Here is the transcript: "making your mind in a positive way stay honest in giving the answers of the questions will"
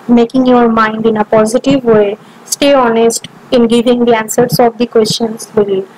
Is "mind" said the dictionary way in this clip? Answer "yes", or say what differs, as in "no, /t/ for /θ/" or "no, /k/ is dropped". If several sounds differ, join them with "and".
yes